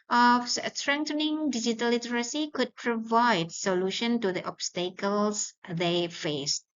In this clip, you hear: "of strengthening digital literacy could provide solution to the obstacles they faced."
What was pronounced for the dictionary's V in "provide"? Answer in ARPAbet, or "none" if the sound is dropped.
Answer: V